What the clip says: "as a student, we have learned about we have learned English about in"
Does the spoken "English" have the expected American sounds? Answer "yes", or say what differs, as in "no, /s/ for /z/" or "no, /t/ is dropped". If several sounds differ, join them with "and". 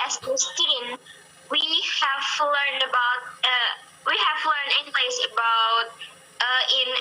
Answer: no, /s/ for /ʃ/